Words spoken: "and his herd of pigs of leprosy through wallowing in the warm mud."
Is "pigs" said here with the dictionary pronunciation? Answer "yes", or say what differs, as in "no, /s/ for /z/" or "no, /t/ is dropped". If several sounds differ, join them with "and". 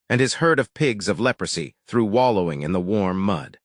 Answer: yes